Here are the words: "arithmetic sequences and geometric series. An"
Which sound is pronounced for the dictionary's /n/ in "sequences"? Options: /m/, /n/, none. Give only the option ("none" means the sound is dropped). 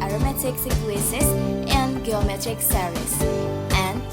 none